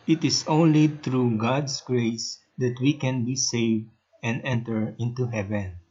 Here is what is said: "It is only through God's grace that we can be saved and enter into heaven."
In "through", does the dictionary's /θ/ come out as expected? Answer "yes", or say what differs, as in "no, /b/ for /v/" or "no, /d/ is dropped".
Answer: no, /t/ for /θ/